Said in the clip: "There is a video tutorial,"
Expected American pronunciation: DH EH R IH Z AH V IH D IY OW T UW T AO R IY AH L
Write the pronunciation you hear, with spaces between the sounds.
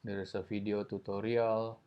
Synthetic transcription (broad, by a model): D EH R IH S AH F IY D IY OW T UW T AO R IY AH L